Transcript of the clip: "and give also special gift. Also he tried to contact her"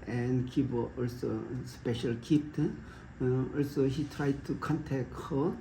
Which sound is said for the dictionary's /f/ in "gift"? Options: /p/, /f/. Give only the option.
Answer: /p/